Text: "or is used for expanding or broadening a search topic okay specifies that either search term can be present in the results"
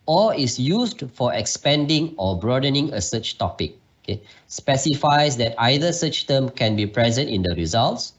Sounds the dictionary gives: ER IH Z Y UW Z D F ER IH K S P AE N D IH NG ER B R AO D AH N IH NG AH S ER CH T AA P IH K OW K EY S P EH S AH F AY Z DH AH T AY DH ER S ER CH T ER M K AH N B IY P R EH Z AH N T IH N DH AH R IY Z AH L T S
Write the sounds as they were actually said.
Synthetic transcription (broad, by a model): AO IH S Y UW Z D F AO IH K S P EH N D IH NG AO B R AO D AH N IH NG AH S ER CH T AA P IH K OW K EY S P EH S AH F AY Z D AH T AY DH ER S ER CH T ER M K AH N B IY P R EH Z AH N T IH N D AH R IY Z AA L T S